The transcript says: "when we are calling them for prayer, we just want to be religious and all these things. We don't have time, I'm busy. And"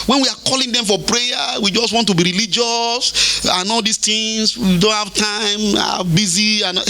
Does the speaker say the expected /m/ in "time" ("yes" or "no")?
no